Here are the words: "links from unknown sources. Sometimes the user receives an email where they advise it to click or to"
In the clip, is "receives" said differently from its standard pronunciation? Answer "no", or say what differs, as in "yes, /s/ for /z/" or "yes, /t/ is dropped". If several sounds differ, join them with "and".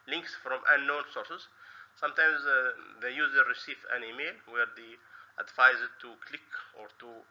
yes, /z/ is dropped